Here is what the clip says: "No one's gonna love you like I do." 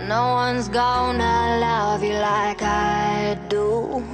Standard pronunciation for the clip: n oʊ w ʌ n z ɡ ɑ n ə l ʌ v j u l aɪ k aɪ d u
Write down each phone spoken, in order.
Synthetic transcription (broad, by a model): n oʊ w ʌ n z ɡ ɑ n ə l ʌ v j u l aɪ k aɪ d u